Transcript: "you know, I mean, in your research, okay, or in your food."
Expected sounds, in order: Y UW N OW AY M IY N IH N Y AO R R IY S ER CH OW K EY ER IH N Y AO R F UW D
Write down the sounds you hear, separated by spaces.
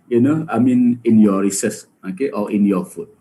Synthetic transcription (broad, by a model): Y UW N OW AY M IY N IH N Y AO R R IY S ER S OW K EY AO IH N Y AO F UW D